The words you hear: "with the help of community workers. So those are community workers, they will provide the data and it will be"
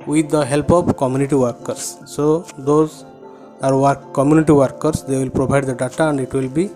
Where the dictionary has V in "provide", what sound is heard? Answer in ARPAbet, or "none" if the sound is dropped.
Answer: B